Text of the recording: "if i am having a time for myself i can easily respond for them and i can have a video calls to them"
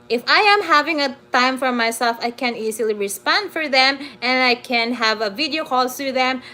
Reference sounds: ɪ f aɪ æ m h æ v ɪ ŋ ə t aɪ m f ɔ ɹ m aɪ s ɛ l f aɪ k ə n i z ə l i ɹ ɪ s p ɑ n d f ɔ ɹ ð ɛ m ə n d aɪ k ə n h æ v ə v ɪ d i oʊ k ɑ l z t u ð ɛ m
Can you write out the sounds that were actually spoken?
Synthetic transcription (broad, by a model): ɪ f aɪ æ m h æ v ɪ ŋ ə t aɪ m f ɔ ɹ m aɪ s ɛ l f aɪ k ə n i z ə l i ɹ ɪ s p ɑ n d f ɔ ɹ ð ɛ m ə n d aɪ k ə n h æ v ə v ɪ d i oʊ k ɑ l s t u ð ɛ m